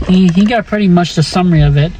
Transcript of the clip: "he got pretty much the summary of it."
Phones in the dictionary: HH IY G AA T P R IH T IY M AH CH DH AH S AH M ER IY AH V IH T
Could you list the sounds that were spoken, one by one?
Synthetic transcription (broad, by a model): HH IY G AA T P R IH T IY M AH CH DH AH S AH M ER IY AH V IH T